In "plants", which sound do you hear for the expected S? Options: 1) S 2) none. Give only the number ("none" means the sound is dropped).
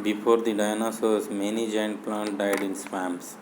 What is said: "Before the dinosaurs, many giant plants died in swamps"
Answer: 2